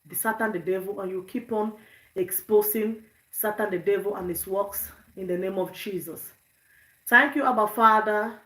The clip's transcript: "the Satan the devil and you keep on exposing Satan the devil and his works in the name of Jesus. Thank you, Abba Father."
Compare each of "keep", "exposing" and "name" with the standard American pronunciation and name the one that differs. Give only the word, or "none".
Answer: exposing